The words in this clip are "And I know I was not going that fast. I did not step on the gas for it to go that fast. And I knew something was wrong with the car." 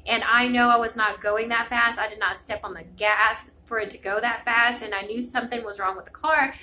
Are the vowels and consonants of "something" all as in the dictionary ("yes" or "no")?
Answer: yes